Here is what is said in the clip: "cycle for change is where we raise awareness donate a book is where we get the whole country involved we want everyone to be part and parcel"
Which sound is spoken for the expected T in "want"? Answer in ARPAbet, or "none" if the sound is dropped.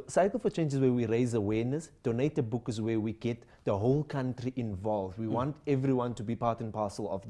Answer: T